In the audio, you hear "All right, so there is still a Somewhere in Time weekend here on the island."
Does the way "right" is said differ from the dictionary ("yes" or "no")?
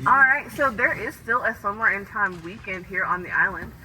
no